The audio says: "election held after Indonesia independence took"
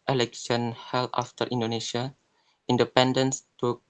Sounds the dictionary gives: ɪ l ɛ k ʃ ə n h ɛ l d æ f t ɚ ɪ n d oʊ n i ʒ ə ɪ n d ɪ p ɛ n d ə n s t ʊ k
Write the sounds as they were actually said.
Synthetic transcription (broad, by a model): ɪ l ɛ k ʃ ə n h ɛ l ɑ f t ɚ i n d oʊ n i ʃ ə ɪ n d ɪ p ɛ n d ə n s t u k